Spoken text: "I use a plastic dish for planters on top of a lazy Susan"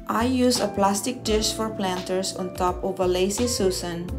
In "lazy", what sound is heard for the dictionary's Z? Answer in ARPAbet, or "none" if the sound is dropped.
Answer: S